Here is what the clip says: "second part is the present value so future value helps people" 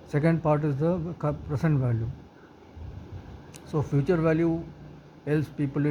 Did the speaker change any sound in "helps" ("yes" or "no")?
yes